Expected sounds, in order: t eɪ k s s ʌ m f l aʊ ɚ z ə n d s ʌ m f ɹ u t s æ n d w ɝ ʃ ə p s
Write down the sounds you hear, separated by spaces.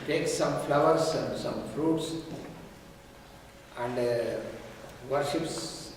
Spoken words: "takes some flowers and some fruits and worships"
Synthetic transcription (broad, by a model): t eɪ k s s ʌ m f l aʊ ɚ s ə n d s ʌ m f ɹ u t s æ n d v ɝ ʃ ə p s